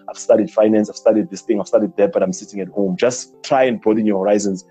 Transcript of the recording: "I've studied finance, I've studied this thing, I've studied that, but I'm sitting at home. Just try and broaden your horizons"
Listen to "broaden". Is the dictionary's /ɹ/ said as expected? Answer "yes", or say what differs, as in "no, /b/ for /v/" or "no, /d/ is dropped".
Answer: no, /ɹ/ is dropped